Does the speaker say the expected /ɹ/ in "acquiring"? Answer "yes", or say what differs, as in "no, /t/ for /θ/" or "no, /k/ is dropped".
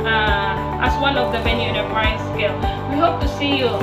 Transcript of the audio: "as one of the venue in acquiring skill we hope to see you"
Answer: no, /ɹ/ is dropped